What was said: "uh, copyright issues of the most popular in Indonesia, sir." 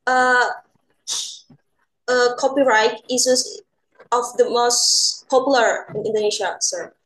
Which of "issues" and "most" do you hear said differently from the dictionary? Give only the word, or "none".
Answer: issues